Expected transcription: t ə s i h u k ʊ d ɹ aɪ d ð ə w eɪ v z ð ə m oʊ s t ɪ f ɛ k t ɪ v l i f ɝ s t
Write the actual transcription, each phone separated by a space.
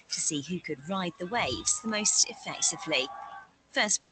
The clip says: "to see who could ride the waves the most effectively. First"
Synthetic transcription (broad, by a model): t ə s i h u k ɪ d ɹ aɪ d ð ə w eɪ v z ð ə m oʊ s t ɪ f ɛ k t ɪ v l i f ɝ s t